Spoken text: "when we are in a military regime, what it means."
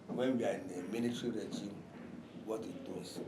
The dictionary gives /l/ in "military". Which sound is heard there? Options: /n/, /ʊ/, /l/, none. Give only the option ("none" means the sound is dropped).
/n/